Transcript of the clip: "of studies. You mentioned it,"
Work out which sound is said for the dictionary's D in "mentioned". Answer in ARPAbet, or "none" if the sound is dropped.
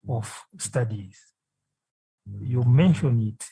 none